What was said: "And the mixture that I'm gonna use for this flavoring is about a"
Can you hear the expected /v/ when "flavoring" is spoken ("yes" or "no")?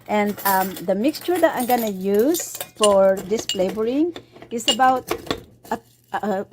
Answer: no